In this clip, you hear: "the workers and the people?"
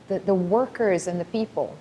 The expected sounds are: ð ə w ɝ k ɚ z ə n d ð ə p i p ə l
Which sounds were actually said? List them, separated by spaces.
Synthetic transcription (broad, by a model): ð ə w ɝ k ɚ z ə n ð ə p i p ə l